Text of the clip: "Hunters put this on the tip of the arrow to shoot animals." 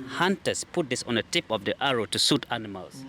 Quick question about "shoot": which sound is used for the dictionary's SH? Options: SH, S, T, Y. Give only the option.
S